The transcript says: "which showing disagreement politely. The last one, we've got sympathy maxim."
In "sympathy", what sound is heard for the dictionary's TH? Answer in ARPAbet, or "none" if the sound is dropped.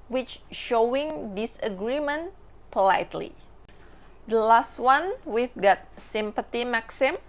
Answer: T